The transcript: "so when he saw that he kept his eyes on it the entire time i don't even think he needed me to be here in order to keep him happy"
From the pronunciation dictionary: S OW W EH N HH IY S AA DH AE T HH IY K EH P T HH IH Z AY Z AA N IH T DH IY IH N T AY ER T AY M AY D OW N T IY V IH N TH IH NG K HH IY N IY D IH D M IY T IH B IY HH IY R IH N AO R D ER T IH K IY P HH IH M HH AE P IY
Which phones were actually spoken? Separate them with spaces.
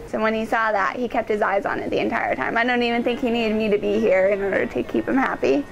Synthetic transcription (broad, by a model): S OW W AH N IY S AA DH AE T HH IY K EH P T HH IH Z AY Z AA N IH T DH IY IH N T AY ER T AY M AY D OW N T IY V IH N TH IH NG K HH IY N IY D IH D M IY T IH B IY HH IY R IH N AO R D ER T IH K IY P HH IH M HH AE P IY